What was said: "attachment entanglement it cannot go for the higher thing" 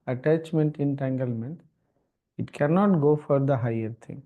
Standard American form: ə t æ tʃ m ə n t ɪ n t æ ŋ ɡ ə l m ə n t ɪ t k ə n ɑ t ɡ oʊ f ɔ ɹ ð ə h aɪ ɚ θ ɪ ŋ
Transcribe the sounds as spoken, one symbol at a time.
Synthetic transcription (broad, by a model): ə t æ tʃ m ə n t ɪ n t æ ŋ ɡ ə l m ə n t ɪ t k ə n ɑ t ɡ oʊ f ɔ ɹ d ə h aɪ ɚ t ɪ ŋ